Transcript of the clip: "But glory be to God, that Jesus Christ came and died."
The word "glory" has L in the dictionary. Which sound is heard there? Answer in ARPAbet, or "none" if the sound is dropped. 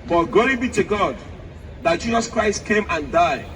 none